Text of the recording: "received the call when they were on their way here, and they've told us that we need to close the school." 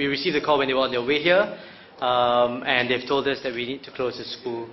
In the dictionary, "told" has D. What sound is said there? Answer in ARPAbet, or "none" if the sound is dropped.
D